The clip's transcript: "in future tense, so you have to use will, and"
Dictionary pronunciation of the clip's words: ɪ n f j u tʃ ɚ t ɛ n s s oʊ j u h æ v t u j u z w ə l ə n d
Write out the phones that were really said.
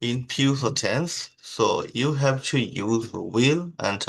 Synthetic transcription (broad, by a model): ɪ n p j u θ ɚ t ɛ n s s oʊ j u h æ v t u j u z w ə l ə n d